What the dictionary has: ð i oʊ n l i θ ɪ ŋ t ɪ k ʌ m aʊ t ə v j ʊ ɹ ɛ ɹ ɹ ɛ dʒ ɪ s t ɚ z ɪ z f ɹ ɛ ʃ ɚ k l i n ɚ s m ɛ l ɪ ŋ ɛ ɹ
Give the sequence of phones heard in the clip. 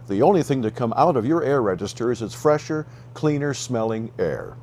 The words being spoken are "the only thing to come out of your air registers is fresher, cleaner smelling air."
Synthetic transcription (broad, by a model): ð i oʊ n l i θ ɪ ŋ t ɪ k ʌ m aʊ t ə v j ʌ ɹ ɛ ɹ ɹ ɛ dʒ ɪ s t ɚ z ɪ z f ɹ ɛ ʃ ɚ k l i n ɚ s m ɛ l ɪ ŋ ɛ ɹ